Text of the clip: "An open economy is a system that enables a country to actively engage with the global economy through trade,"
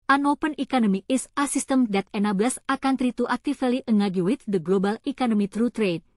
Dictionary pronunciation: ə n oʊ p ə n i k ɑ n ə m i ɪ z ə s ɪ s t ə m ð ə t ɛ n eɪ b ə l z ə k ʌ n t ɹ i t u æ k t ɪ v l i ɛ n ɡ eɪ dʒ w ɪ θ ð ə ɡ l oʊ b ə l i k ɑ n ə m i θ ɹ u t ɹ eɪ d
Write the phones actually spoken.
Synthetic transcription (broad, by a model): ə n oʊ p ə n i k ɑ n ə m i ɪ s ə s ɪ s t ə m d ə t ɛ n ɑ b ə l s ə k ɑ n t ɹ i t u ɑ k t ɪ f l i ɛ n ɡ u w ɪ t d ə ɡ l oʊ b ə l i k ɑ n ə m i t ɹ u t ɹ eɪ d